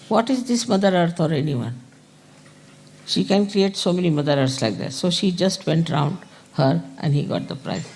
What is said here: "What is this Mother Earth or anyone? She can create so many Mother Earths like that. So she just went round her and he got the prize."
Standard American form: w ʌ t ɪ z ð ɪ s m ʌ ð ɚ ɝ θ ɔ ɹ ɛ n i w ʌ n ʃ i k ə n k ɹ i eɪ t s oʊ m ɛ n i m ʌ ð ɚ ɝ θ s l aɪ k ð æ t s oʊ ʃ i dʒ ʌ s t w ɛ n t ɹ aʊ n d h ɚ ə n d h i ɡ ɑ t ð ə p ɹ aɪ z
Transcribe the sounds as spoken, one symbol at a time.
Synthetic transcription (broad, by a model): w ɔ t ɪ z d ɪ s m ʌ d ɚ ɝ t ɔ ɹ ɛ n i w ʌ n ʃ i k ə n k ɹ i eɪ t s oʊ m ɛ n i m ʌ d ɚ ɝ t s l aɪ k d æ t s oʊ ʃ i dʒ ʌ s t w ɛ n t ɹ aʊ n d h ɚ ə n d h i ɡ ɑ t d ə p ɹ aɪ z